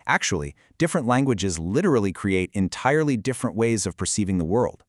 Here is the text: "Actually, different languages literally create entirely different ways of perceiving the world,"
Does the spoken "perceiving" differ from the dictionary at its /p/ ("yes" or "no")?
no